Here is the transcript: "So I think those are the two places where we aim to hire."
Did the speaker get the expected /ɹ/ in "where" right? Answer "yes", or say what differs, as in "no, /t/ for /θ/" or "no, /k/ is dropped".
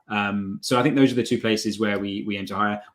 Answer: no, /w/ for /ɹ/